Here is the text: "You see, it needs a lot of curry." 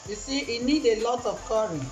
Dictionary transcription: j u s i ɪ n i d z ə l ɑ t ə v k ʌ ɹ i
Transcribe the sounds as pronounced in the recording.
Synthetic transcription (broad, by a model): j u s i ɪ n i d ə l ɑ t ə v k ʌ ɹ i